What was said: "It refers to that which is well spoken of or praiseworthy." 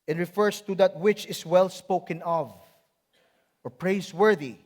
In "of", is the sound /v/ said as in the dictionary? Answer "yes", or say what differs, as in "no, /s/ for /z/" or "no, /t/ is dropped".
yes